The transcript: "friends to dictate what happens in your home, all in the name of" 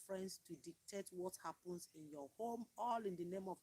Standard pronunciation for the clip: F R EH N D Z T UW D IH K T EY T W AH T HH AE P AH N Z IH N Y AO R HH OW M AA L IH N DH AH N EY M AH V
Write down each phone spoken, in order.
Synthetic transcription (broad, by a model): F R EH N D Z T UW D IH K T EY T W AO T HH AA P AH N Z IH N Y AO HH OW M AA L IH N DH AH N EY M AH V